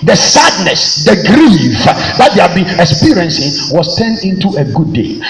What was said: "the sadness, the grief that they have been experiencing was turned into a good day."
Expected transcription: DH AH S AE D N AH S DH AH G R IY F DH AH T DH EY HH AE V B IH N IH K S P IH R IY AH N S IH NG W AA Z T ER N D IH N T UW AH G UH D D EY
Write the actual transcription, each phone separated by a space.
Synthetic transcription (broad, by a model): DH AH S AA D N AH S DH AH G R IY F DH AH T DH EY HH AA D B IH N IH K S P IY R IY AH N S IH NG W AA S T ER N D IH N T UW AH G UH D D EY